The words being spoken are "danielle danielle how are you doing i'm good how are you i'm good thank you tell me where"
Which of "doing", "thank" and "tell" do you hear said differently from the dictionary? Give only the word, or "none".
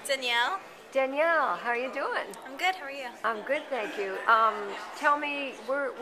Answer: none